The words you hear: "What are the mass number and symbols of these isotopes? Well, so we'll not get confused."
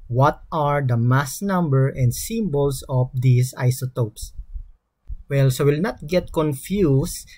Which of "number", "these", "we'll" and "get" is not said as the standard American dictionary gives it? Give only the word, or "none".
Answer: these